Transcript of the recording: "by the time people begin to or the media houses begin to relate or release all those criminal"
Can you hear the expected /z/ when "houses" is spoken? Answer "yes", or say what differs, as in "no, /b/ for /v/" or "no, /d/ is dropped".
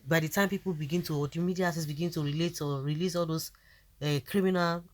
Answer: no, /s/ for /z/